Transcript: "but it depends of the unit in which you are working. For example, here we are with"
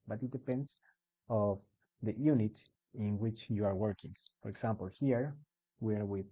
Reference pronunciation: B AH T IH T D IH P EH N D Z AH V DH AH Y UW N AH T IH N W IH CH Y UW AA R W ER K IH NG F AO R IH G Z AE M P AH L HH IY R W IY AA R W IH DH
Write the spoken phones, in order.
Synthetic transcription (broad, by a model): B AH T IH T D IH P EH N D S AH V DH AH Y UW N AH T IH N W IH CH Y UW AA R W ER K IH NG F AO R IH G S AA M P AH L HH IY R W IY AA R W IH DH